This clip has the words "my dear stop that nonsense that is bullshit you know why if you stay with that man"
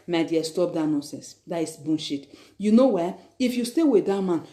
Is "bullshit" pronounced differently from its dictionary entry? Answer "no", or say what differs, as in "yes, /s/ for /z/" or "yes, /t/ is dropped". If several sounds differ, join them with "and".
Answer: yes, /n/ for /l/